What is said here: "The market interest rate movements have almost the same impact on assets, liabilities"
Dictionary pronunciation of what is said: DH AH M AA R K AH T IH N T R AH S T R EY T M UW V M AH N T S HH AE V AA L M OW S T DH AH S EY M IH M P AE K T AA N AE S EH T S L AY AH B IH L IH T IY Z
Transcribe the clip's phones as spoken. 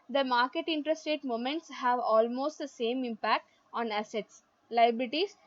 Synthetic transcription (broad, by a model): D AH M AA R K AH T IH N T R AH S T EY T M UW M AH N T S HH AE V AA L M OW S T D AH S EY M IH M P AE K T AA N AE S EH T S L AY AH B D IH T IY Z